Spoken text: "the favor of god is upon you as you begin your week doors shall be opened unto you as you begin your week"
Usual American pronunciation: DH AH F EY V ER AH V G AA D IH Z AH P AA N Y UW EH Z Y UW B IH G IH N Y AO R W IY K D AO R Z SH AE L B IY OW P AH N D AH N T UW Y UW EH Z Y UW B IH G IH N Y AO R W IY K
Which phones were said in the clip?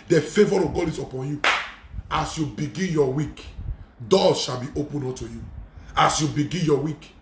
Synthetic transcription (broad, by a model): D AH F EY V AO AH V G AA D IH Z AH P AA N Y UW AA S Y UW B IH G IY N Y AO W IY K D AO SH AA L B IY OW P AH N AO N T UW Y UW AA S Y UW B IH G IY N Y AO W IY K